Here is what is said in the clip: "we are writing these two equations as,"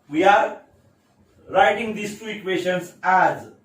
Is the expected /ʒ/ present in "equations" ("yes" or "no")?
no